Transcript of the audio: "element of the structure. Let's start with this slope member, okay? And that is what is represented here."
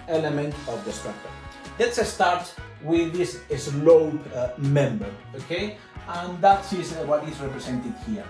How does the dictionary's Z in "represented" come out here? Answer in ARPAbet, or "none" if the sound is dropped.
S